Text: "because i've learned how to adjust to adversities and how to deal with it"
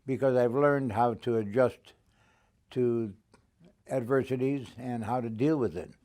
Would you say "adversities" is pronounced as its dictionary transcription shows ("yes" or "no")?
yes